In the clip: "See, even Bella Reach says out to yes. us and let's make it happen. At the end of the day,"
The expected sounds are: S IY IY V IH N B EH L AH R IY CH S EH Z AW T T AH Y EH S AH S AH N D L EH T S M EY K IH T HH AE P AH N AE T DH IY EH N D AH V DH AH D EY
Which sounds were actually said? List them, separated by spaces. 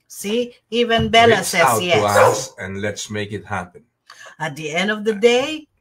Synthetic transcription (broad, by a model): S IY IY V IH N B EH L AH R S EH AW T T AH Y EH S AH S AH N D L EH T S M EY K IH T HH AE P AH N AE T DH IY EH N D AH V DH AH D EY